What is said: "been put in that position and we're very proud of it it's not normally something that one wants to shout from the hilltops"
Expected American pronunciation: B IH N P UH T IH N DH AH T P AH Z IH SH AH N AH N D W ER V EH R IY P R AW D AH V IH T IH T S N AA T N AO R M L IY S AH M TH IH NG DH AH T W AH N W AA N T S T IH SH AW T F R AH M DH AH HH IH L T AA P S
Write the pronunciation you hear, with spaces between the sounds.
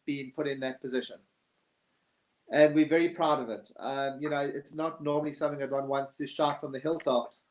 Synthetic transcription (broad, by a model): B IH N P UH T IH N DH AH T P AH Z IH SH AH N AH N W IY V EH R IY P R AW D AH V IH T IH T S N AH T N AO R M L IY S AH M TH IH NG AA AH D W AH N W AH N S T IH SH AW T F R AH M DH AH HH IH L T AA P S